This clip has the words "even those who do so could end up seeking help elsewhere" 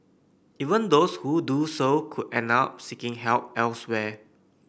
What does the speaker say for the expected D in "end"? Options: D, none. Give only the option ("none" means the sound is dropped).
none